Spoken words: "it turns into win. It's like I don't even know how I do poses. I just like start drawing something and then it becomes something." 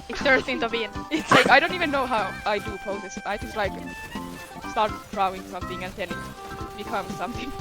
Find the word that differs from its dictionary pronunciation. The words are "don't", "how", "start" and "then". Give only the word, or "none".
then